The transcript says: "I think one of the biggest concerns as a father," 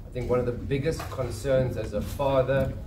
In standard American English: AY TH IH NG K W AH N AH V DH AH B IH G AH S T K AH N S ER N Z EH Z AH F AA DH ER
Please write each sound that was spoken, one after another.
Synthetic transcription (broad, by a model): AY TH IH NG K W AH N AH V DH AH B IH G AH S T K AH N S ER N Z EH Z AH F AA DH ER